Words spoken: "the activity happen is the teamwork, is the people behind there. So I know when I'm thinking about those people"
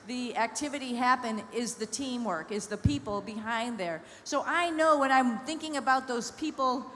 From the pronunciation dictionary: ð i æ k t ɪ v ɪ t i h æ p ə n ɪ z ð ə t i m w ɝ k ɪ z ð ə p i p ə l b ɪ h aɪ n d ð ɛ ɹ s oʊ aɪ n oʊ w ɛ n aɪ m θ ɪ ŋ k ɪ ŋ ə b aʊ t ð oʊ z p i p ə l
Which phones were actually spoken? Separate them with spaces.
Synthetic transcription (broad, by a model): ð i æ k t ɪ v ɪ t i h æ p ə n ɪ z ð ə t i m w ɝ k ɪ z ð ə p i p l b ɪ h aɪ n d ð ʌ ɹ s oʊ aɪ n oʊ w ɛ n aɪ m θ ɪ ŋ k ɪ ŋ ə b aʊ t ð oʊ z p i p l